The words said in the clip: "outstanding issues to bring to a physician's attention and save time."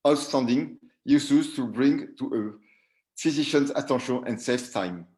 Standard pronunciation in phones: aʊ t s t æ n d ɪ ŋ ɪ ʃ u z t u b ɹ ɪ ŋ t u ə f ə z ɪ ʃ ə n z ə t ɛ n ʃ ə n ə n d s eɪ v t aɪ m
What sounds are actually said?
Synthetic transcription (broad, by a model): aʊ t s t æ n d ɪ ŋ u s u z t u b ɹ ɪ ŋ t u ə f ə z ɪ ʃ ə n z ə t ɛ ʃ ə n ə n d s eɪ f t aɪ m